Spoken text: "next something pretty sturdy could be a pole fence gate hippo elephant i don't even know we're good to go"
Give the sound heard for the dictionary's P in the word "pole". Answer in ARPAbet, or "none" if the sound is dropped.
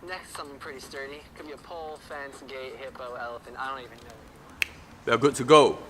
P